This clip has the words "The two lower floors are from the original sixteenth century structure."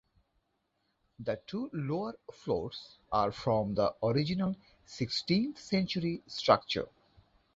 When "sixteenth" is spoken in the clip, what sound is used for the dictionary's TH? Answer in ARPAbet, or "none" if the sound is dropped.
T